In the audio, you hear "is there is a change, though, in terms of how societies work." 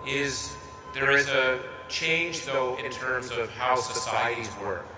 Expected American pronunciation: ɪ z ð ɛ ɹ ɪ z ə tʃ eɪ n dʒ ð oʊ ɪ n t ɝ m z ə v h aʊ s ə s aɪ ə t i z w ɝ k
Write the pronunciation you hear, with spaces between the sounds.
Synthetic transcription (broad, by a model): ɪ z ð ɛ ɹ ɪ z ə tʃ eɪ n dʒ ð oʊ ɪ n t ɝ m z ə v h aʊ s ə s aɪ ə t i z w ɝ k